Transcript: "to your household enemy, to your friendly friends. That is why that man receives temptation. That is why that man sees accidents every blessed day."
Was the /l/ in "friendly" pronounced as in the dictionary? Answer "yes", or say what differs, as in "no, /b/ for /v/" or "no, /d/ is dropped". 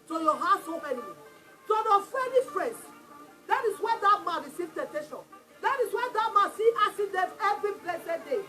no, /l/ is dropped